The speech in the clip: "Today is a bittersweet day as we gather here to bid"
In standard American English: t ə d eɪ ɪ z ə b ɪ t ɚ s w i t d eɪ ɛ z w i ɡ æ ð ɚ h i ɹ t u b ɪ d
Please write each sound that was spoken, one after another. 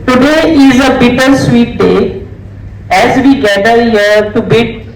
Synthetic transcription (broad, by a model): t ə d eɪ ɪ z ə b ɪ t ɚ s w i t d eɪ ɛ z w i ɡ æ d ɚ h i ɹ t u b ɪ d